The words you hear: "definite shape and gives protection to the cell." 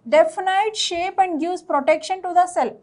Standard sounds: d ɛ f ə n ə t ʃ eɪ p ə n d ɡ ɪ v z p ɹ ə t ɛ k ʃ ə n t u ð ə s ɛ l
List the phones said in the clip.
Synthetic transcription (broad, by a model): d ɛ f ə n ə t ʃ eɪ p ə n d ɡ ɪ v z p ɹ ə t ɛ k ʃ ə n t u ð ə s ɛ l